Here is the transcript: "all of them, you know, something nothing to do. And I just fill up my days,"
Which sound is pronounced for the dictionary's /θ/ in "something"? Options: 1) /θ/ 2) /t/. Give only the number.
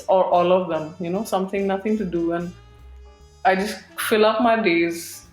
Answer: 2